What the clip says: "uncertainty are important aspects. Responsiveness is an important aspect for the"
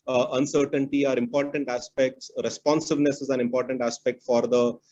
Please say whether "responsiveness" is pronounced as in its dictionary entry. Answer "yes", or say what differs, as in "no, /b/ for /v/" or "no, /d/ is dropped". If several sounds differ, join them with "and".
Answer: yes